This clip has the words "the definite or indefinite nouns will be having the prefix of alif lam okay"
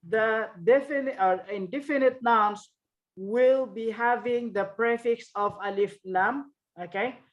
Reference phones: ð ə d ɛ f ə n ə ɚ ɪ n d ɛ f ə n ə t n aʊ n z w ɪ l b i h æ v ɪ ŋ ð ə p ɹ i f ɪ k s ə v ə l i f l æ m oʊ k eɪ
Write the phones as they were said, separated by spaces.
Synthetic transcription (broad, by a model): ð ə d ɛ f ə n ə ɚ ɪ n d ɛ f ə n ə t n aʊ n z w ɪ l b i h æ v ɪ ŋ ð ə p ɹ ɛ f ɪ k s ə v ə l i f n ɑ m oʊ k eɪ